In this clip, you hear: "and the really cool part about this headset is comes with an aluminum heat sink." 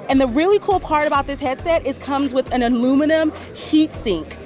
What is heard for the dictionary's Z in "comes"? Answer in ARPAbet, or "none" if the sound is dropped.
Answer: Z